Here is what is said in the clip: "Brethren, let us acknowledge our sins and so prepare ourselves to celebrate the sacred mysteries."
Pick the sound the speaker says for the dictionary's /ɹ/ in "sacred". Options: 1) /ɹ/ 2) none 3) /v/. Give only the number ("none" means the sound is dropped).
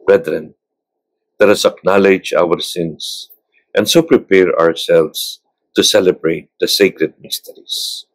1